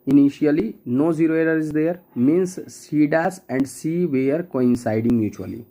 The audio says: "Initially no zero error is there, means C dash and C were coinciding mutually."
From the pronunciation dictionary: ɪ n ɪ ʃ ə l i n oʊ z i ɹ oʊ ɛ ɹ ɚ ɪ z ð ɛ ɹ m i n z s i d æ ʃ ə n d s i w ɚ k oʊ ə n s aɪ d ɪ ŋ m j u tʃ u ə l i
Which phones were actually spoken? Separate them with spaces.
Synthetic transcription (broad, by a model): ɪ n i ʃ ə l i n oʊ z i ɹ oʊ ɛ ɹ ɚ ɪ z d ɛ ɹ m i n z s i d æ s ə n d s i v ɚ k oʊ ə n s aɪ d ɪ ŋ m j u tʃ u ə l i